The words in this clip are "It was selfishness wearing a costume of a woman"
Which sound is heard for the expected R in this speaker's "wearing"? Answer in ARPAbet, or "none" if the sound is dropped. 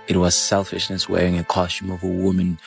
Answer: R